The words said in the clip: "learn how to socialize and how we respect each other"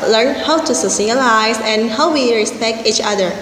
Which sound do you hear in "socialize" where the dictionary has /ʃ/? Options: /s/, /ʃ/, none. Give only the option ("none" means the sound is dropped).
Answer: /s/